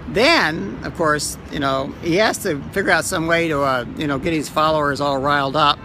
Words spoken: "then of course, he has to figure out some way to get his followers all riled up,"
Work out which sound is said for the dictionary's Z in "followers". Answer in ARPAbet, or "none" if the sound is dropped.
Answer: Z